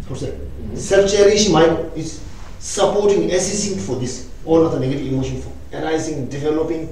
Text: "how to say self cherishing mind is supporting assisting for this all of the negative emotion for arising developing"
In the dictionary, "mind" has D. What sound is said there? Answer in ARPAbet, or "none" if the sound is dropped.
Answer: none